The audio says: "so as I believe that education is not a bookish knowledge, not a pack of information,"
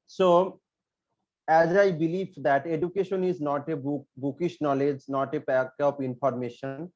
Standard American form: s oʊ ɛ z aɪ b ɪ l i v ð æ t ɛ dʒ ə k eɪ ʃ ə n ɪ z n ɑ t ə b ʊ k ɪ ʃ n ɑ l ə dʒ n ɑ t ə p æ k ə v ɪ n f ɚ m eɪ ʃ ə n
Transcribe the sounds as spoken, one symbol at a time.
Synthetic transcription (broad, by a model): s oʊ ɛ z aɪ b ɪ l i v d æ t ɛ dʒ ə k eɪ ʃ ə n ɪ z n ɑ t ə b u k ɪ ʃ n ɑ l ə dʒ n ɑ t ə b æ k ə p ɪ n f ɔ m eɪ ʃ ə n